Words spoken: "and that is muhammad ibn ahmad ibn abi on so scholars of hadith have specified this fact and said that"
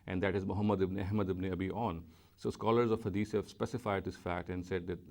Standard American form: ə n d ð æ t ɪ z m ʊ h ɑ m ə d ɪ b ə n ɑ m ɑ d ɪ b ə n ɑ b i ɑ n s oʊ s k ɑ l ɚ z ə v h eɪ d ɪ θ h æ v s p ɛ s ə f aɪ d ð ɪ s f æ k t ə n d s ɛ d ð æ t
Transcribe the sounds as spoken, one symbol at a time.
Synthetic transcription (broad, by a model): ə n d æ t ɪ z m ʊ h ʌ m ə d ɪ b n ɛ m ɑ d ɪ b n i b i ɑ n s oʊ s k ɑ l ɚ z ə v h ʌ d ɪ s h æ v s p ɛ s ə f aɪ d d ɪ s f æ k t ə n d s ɛ d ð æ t